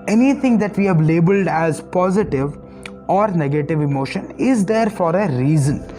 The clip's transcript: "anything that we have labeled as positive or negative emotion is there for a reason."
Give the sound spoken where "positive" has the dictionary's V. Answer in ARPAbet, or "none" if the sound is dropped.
V